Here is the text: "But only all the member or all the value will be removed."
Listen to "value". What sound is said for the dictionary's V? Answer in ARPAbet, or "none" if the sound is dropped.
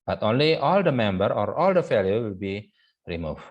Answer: F